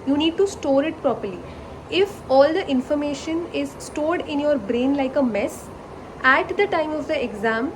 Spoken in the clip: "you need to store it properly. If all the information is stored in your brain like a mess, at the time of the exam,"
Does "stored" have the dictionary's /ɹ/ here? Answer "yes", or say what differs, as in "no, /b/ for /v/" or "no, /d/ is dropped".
yes